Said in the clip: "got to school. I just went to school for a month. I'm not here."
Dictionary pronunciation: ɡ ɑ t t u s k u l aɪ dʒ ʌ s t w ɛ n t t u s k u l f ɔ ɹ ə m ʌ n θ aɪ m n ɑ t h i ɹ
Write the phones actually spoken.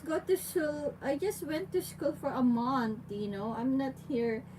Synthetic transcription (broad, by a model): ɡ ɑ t t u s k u l aɪ dʒ ʌ s t w ɛ n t t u s k u l f ɔ ɹ ə m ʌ n t aɪ m n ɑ t h i ɹ